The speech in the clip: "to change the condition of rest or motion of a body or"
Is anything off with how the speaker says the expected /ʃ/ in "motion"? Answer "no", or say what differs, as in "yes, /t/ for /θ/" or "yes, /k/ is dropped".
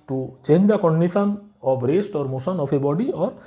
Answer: yes, /s/ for /ʃ/